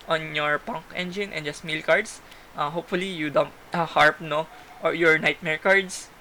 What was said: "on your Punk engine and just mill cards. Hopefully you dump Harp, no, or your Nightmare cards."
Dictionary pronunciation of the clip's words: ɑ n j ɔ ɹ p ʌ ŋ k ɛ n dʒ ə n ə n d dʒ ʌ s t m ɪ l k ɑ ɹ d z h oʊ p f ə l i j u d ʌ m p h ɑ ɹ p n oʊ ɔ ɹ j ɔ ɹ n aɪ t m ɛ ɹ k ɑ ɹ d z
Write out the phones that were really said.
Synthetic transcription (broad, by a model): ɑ n j ɔ ɹ p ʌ ŋ k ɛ n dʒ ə n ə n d dʒ ʌ s t m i l k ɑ ɹ d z h oʊ p f ə l i j u d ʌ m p h ɑ ɹ p n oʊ ɔ ɹ j ɔ ɹ n aɪ t m ɛ ɹ k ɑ ɹ d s